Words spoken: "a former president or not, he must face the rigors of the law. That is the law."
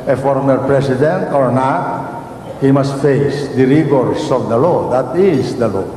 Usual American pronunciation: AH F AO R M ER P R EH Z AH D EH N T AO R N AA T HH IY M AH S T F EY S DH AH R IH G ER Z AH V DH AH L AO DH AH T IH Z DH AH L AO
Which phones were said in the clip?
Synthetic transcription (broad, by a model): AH F AO R M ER P R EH S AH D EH N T AO R N AA T HH IY M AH S T F EY S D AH R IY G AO S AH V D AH L AO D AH T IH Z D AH L AO